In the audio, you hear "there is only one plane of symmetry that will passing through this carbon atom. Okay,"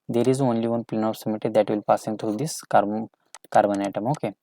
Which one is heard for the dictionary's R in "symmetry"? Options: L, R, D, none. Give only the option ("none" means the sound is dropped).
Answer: none